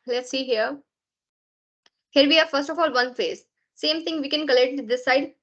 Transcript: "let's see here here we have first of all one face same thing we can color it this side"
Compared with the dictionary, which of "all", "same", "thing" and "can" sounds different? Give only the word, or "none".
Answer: thing